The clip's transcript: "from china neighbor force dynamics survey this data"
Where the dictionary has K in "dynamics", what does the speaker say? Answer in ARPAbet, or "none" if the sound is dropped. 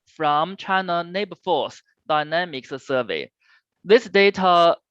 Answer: K